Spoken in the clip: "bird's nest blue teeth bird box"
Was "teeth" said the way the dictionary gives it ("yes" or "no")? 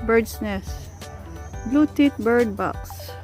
no